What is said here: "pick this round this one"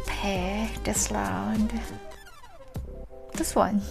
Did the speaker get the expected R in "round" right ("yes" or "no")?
no